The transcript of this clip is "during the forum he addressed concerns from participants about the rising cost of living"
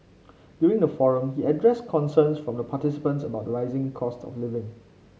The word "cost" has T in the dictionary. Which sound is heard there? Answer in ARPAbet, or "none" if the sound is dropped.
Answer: T